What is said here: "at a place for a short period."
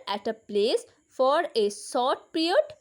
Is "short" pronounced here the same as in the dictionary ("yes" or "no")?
no